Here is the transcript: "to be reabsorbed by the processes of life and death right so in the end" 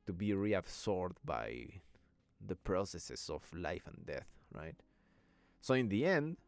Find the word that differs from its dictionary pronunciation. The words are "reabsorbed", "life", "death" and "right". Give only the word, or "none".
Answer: reabsorbed